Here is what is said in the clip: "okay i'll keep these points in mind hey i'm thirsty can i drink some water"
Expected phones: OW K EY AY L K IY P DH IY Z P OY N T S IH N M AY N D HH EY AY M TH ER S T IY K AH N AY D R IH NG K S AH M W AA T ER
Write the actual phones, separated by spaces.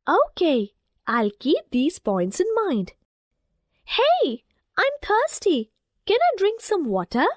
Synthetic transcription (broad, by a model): OW K EY AY L K IY P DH IY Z P OY N T S IH N M AY N D HH EY AY M T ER S T IY K AH N AY D R IH NG K S AH M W AA T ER